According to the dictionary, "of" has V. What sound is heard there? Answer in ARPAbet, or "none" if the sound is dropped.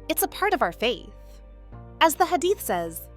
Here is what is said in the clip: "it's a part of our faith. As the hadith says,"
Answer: V